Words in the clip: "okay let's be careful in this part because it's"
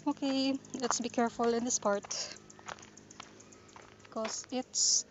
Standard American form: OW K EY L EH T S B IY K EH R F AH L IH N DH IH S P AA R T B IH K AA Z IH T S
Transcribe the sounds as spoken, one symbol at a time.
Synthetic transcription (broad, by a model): OW K EY L EH T S B IY K EH R F AH L IH N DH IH S P AA R T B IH K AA S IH T S